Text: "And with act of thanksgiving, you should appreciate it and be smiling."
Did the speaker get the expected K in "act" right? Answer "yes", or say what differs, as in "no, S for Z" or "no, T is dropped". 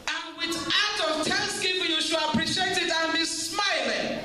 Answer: no, K is dropped